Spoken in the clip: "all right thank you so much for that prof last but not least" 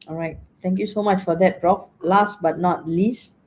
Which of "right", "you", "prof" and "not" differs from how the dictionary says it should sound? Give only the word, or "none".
none